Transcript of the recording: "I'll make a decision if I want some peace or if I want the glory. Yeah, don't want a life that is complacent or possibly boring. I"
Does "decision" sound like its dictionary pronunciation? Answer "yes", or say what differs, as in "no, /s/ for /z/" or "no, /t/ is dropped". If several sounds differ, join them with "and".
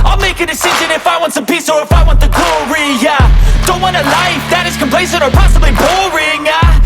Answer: yes